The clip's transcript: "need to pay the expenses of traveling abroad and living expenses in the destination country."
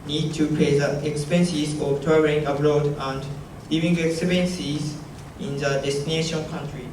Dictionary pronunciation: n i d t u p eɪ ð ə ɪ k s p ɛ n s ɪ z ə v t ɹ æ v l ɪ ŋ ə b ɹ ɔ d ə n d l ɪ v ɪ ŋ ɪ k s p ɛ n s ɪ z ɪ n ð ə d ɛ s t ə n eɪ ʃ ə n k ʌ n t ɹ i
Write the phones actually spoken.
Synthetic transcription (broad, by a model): n i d t u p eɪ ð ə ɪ k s p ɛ n s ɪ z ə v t ɔ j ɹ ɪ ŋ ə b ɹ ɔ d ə n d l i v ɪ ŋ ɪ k s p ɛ n s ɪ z ɪ n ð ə d ɛ s t ə n eɪ ʃ ə n k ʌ n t ɹ i